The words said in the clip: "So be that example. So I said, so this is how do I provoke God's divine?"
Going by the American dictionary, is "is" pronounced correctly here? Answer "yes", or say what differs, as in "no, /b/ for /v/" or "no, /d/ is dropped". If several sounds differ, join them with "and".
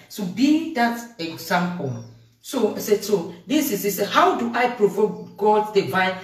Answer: no, /s/ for /z/